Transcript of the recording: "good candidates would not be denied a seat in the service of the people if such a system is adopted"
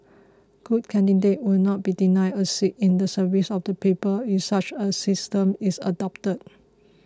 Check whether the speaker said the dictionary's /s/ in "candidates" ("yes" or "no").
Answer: no